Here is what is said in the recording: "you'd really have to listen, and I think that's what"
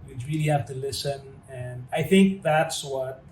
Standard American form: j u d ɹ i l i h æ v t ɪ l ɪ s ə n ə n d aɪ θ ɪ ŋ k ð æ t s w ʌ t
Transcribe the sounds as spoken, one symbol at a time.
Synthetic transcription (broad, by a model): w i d ɹ i l i h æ f t ɪ l ɪ s ə n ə n aɪ θ ɪ ŋ k ð æ t s w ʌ t